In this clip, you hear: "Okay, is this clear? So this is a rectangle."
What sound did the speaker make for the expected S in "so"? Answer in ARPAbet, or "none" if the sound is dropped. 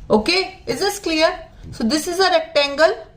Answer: S